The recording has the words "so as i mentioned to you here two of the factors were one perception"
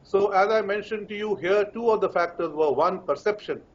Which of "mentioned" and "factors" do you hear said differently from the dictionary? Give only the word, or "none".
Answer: none